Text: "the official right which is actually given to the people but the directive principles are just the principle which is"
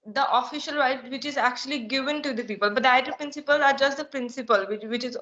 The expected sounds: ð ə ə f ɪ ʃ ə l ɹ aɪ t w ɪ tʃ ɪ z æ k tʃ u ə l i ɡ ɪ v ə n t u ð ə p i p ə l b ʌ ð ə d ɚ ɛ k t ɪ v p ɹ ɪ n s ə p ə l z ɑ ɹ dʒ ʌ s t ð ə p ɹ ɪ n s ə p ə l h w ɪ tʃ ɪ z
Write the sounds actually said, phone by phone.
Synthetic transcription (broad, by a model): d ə ə f ɪ ʃ ə l ɹ aɪ t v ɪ tʃ ɪ z æ k tʃ u ə l i ɡ ɪ v ə n t u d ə p i p ə l b ʌ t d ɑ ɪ t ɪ p ɹ ɪ n s ə p ə l z ɑ ɹ dʒ ʌ s t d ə p ɹ ɪ n s ə p ə l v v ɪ tʃ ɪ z